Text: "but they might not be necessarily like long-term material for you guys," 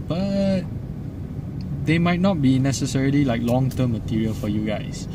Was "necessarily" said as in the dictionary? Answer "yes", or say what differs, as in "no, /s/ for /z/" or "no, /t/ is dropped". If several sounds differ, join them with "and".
yes